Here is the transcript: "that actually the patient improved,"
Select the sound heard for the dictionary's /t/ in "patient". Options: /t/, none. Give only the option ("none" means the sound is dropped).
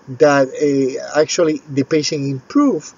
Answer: none